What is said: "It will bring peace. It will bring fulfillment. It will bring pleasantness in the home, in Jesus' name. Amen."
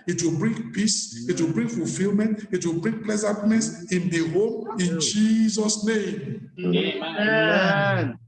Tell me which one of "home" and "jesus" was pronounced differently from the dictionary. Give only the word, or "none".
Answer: none